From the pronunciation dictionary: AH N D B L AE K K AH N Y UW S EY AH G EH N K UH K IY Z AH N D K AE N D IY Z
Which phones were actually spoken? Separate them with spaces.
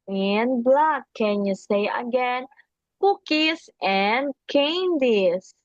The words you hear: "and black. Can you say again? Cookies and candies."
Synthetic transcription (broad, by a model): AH N B L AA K K AH N Y UW S EY AH G EH N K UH K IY S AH N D K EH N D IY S